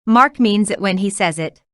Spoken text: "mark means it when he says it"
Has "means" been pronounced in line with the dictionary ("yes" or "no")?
yes